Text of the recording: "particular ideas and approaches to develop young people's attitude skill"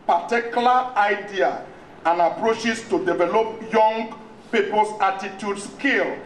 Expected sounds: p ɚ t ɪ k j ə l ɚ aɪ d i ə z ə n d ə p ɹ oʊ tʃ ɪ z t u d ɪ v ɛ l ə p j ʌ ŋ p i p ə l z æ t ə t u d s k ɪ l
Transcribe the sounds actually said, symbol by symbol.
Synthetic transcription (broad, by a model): p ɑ t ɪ k j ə l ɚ aɪ d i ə ə n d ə p ɹ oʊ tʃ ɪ s t u d ɪ v ɛ l ə p j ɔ ŋ p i p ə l s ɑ t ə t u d s k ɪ l